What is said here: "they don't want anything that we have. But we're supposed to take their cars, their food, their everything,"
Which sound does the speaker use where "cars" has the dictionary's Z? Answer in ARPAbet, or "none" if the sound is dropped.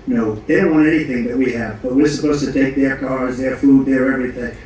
Z